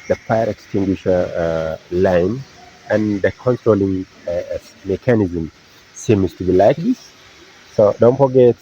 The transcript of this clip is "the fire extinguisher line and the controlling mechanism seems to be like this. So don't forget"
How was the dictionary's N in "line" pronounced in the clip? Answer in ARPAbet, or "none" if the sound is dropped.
N